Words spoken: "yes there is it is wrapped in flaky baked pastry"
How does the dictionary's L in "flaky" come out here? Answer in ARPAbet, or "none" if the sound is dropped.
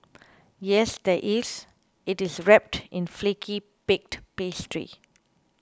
L